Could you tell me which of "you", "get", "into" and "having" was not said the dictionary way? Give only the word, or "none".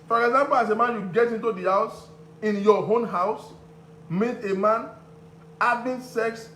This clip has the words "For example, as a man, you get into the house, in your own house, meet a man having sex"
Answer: having